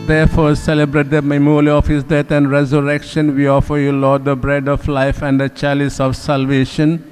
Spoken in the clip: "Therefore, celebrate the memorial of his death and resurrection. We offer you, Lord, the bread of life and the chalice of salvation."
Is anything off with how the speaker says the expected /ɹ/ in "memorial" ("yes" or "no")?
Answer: yes